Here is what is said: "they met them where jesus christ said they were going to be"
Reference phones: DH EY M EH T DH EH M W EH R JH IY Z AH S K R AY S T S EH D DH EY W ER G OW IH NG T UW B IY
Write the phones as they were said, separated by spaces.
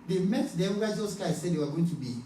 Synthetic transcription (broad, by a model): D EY M EH T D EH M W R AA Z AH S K AY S S EH D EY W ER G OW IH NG T UW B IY